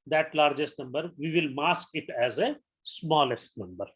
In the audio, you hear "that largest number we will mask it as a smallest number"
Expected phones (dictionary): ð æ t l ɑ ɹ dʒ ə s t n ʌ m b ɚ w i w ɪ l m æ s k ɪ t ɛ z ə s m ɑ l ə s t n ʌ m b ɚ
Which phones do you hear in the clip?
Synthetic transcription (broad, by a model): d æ t l ɑ ɹ dʒ ə s t n ʌ m b ɚ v i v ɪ l m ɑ s k ɪ t ɛ z ə s m ɑ l ə s t n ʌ m b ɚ